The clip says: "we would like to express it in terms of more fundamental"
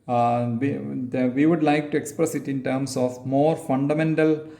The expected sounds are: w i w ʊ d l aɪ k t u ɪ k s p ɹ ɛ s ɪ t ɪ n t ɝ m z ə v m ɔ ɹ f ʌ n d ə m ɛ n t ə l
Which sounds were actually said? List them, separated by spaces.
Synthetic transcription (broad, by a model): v i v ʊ d l aɪ k t u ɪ k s p ɹ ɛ s ɪ t ɪ n t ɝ m s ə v m ɔ ɹ f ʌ n d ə m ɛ n t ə l